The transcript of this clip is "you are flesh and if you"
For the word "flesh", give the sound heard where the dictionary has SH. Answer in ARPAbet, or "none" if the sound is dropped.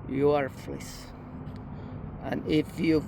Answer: S